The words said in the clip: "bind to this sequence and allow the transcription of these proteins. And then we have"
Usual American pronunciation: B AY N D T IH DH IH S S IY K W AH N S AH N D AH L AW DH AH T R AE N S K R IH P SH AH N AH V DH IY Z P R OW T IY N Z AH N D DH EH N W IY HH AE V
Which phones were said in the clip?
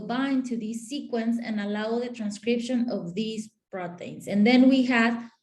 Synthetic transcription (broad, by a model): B AY N T IH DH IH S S IY K W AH N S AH N AH L AW DH AH T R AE N S K R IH P SH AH N AH V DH IY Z B R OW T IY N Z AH N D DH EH N W IY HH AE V